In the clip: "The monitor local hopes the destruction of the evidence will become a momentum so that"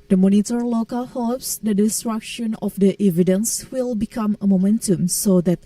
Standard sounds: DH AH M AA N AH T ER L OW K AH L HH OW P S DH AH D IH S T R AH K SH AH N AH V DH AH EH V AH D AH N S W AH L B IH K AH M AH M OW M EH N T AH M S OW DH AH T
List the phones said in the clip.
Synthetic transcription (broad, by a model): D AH M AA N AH T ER L OW K AH L HH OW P S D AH D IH S T R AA K SH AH N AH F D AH EH V AH D AH N S W AH L B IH K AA M AH M OW M EH N T AH M S OW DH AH T